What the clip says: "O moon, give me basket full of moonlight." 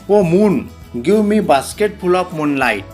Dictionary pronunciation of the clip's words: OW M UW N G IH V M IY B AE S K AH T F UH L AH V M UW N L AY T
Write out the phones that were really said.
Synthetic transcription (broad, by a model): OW M UW N G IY W M IY B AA S K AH T P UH L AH P M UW N L AY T